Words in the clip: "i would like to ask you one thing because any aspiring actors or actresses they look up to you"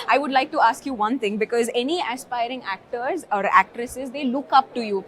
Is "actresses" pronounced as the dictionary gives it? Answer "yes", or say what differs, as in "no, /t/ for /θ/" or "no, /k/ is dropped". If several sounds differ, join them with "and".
yes